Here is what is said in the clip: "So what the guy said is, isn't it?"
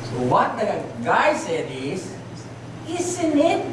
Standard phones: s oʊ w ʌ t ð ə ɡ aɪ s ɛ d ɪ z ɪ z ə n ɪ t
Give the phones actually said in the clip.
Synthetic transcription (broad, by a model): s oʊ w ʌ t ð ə ɡ aɪ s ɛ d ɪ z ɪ s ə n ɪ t